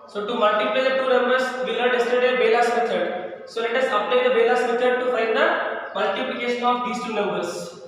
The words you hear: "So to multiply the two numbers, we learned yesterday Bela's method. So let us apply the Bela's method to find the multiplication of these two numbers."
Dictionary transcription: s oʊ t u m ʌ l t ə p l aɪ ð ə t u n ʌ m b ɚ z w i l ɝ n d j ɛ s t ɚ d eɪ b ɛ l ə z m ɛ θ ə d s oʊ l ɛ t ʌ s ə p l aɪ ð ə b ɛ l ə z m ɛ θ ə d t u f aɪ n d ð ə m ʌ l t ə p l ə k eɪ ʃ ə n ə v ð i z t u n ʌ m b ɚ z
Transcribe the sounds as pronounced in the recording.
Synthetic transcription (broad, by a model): s oʊ t u m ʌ l t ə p l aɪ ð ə t u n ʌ m b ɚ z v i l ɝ d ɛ s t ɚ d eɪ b ɛ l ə s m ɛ t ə d s oʊ l ɛ t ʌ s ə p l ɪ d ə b ɛ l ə s m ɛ t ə d t u f aɪ n d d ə m ʌ l t ə p l ə k eɪ ʃ ə n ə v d i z t u n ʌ m b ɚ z